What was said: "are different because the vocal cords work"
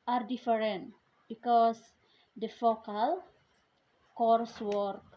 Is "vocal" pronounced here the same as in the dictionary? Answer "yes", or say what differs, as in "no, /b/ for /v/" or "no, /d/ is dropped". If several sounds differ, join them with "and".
no, /f/ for /v/